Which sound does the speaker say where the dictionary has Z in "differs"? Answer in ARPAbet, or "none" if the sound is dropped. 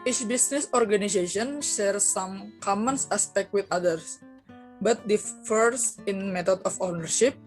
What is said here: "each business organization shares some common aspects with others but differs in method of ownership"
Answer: S